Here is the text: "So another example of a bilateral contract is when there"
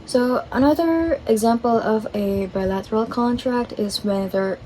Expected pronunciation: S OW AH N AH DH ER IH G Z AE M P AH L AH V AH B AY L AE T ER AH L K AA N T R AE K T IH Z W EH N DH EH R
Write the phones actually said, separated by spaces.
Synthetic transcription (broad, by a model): S OW AH N AH DH ER IH G Z AE M P AH L AH V AH B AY L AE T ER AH L K AA N T R AE K T IH Z W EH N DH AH R